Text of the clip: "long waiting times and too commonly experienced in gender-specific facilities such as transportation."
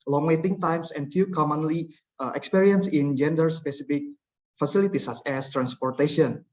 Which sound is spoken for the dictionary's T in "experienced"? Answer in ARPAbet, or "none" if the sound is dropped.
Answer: none